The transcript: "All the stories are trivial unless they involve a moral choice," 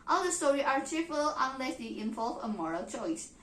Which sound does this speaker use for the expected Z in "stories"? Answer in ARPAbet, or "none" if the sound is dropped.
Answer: none